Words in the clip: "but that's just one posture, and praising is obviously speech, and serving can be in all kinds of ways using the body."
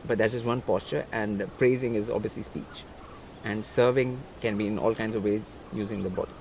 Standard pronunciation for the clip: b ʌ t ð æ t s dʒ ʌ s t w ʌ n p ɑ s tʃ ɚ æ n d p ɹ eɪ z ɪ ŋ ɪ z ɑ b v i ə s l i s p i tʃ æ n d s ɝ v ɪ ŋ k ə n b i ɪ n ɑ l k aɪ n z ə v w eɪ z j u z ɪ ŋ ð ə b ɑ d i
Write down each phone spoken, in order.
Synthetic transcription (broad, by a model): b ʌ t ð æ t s dʒ ʌ s t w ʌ n p ɑ s tʃ ɚ æ n d p ɹ eɪ z ɪ ŋ ɪ z ɑ b v i ə s l i s p i tʃ æ n d s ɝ v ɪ ŋ k ə n b i ɪ n ɑ l k aɪ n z ə v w eɪ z j u z ɪ ŋ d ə b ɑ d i